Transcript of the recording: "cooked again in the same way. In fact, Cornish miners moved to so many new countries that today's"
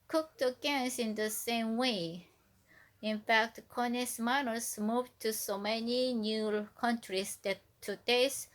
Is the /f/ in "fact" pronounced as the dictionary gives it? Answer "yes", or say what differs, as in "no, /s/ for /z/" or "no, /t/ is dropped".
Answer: yes